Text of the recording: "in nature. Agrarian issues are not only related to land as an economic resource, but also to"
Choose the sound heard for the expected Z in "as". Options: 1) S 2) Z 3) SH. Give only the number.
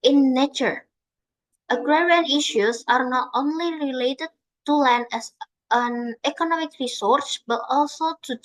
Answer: 1